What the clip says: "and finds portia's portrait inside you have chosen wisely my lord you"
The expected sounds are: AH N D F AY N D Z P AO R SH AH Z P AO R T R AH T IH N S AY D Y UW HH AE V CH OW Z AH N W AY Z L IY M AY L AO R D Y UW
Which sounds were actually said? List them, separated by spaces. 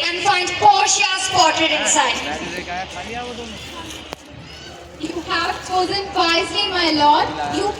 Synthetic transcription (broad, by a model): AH N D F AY N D P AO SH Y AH S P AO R T AH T IH N S AY D Y UW HH AE V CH OW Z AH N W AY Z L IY M AY L AO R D Y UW